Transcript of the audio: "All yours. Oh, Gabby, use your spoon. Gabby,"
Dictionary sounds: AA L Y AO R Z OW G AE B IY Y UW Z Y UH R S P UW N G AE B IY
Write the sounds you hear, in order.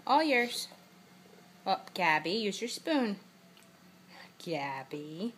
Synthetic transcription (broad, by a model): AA L Y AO R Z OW G AE B IY Y UW Z Y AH R S P UW N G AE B IY